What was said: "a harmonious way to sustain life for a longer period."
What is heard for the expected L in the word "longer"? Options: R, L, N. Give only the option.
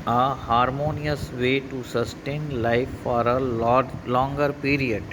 L